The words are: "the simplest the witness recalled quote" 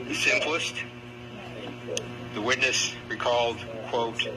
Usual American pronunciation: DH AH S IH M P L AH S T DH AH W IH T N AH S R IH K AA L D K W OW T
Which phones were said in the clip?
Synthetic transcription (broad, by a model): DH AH S IH M P L AH S T DH AH W IH T N AH S R IH K AA L D K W OW T